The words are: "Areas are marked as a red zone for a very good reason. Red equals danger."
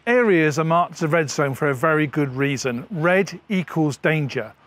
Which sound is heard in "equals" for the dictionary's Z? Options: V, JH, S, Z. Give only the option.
Z